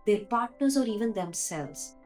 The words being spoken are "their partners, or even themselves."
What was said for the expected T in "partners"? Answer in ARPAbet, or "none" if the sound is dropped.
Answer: T